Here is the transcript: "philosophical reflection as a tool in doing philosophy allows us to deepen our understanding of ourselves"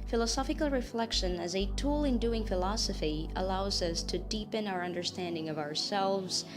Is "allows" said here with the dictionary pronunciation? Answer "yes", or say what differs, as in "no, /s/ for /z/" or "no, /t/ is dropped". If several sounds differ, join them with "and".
yes